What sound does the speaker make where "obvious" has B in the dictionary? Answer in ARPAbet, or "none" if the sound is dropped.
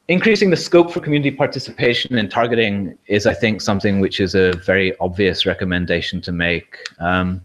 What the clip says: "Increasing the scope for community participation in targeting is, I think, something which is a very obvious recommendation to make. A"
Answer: B